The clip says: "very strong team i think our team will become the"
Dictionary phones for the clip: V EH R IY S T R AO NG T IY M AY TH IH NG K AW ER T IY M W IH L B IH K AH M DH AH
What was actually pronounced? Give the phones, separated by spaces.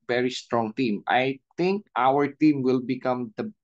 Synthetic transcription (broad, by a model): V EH R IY S T R AO NG T IY M AY T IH NG K AW ER T IY M W IH L B IH K AH M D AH